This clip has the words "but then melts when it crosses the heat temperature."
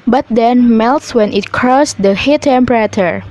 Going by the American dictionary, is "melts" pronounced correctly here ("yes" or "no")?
yes